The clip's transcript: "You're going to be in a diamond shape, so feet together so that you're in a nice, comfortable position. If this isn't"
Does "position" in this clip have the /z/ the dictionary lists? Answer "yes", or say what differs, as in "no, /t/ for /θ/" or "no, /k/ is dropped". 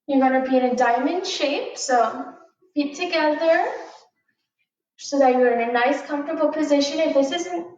yes